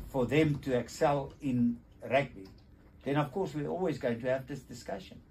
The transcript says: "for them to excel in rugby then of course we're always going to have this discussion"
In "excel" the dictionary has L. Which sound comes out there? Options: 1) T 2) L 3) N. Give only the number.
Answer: 2